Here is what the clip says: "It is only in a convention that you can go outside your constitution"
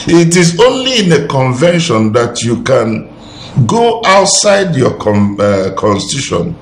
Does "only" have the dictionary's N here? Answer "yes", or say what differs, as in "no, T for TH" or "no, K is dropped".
yes